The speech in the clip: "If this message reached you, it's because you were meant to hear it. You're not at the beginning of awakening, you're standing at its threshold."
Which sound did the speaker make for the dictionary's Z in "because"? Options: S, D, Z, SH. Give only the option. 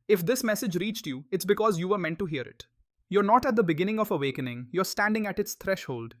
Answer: Z